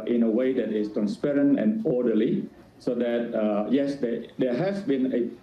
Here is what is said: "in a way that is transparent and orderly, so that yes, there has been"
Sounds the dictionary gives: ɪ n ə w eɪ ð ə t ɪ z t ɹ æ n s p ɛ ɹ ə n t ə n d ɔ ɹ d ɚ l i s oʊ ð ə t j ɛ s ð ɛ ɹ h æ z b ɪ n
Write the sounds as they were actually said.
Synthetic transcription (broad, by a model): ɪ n ə w eɪ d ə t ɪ s t ɹ æ n s p ɛ ɹ ə n t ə n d ɔ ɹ d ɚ l i s oʊ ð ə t j ɛ s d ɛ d h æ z b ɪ n